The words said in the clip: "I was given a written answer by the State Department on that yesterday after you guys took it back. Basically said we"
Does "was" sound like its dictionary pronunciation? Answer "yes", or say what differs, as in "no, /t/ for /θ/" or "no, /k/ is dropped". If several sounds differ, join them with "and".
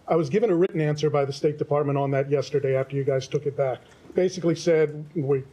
yes